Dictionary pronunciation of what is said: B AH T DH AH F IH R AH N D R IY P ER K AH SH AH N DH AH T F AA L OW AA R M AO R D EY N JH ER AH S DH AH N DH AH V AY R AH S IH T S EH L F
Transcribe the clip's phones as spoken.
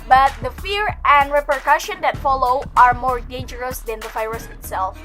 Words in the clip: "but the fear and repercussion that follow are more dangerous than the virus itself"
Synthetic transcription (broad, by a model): B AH T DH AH F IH R AH N D R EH P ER K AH SH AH N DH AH T F AA L OW AA R M AO R D EY N JH ER AH S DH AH N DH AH F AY R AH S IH T S EH L F